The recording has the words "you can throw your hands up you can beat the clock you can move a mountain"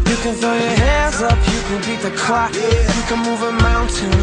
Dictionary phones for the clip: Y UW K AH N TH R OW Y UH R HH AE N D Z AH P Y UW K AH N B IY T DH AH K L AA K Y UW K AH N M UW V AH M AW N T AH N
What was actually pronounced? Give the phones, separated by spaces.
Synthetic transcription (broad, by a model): Y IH K AH N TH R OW Y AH R HH AE N D Z AH P Y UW K AH N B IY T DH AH K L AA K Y K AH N M UW V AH M AW N T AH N